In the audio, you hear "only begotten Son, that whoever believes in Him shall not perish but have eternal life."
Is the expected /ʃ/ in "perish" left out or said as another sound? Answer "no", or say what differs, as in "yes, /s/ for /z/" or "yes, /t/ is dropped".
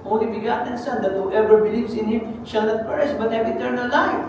yes, /s/ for /ʃ/